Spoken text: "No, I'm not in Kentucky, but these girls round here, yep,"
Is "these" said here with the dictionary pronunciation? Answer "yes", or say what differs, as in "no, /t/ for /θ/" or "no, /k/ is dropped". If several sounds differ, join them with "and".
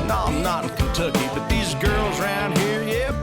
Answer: yes